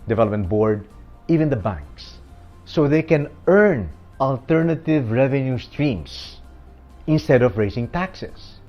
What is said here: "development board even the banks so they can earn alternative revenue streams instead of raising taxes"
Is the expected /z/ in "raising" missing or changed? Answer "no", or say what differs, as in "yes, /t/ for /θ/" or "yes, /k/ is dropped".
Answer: yes, /s/ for /z/